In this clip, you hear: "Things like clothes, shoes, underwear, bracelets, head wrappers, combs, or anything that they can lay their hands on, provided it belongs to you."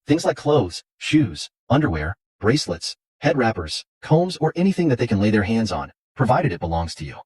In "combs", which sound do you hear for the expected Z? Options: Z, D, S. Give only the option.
Z